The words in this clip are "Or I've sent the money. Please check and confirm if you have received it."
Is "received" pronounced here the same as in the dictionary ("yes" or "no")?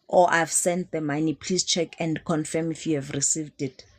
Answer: yes